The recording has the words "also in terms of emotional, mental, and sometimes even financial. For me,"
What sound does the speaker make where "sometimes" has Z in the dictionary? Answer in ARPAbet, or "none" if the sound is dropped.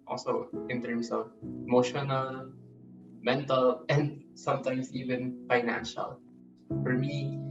S